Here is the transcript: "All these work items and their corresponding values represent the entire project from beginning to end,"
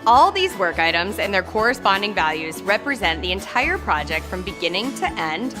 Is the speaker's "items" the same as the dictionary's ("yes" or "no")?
yes